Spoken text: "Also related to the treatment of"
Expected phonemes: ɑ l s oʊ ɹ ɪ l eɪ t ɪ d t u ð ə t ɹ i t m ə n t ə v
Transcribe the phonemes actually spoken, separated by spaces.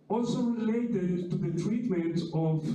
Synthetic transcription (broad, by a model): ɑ l s oʊ l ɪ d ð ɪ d t u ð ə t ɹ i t m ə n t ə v